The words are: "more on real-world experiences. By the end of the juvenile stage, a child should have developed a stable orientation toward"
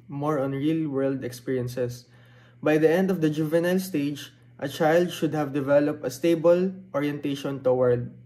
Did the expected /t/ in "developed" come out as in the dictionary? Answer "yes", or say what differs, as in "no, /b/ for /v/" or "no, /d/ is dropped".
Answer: yes